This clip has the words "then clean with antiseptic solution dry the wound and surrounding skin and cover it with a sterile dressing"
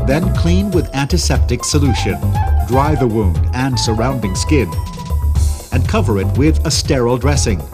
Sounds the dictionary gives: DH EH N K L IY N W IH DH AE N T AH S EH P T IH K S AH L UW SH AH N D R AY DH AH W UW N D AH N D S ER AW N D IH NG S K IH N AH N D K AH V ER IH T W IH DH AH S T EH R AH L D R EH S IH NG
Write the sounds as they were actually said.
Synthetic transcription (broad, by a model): DH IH N K L IY N W IH DH AE N T AH S EH P T IH K S AH L UW SH AH N D R AY DH AH W UW N D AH N S ER AW N D IH NG S K IH N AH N K AH V ER IH T W IH DH AH S T EH R L D R EH S IH NG